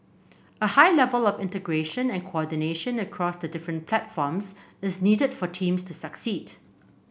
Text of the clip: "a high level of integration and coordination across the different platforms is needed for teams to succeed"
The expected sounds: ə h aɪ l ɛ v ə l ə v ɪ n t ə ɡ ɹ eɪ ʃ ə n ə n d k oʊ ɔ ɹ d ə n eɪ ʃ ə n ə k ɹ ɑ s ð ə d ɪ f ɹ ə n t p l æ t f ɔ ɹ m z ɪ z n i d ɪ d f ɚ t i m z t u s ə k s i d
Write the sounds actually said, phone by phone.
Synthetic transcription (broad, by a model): ə h aɪ l ɛ v ə l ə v ɪ n t ə ɡ ɹ eɪ ʃ ə n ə n k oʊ ɔ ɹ d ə n eɪ ʃ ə n ə k ɹ ɑ s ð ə d ɪ f ɹ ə n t p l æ t f ɔ m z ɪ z n i d ɪ d f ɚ t i m s t u s ə k s i d